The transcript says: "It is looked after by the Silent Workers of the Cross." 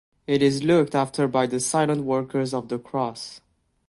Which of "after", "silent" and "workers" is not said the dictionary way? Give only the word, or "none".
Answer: none